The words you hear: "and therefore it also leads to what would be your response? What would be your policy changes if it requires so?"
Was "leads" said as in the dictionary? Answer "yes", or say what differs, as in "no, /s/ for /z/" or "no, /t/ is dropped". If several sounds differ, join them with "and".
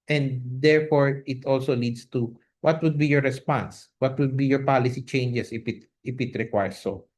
no, /s/ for /z/